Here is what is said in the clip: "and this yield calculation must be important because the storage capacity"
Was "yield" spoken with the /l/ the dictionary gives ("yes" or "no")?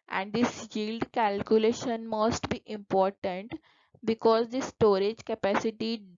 yes